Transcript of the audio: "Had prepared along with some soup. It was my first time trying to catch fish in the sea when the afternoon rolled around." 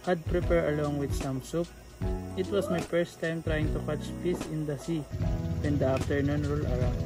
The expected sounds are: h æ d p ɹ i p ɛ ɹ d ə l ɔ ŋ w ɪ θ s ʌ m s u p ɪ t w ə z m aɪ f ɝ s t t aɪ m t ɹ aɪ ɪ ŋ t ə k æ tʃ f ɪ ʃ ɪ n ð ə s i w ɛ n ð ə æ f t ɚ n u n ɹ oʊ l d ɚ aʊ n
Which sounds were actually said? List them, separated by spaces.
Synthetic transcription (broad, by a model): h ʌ d p ɹ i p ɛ ɹ ə l ɔ ŋ w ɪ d s ʌ m s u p ɪ t w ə s m aɪ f ɝ s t t aɪ m t ɹ aɪ ɪ ŋ t ə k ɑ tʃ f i s ɪ n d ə s i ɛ n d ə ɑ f t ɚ n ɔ n ɹ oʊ l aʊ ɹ